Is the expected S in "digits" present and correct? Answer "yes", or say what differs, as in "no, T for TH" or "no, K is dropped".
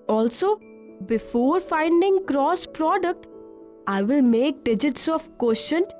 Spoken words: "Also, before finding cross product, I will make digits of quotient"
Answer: yes